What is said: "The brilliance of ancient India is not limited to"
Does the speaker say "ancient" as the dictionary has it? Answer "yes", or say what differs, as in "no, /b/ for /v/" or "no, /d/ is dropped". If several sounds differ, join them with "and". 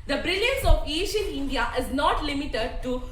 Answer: no, /n/ is dropped and /t/ is dropped